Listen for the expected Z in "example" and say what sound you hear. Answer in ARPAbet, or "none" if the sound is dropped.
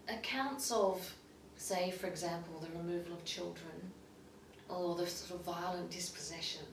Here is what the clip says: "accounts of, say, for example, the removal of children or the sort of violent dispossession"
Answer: Z